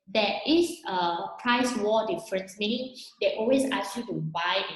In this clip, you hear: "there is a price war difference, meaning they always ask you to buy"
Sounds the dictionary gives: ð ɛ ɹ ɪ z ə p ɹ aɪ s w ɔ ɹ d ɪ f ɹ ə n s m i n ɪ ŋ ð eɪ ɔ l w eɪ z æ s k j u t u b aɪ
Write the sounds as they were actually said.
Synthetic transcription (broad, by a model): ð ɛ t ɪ s ə p ɹ aɪ s w ɔ d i f ɹ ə n s m i n ɪ ŋ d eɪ ɔ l w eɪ s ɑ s j u t u b aɪ